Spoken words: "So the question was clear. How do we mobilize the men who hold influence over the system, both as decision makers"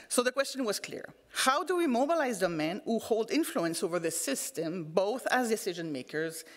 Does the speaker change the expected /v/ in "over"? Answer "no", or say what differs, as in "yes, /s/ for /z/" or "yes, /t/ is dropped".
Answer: no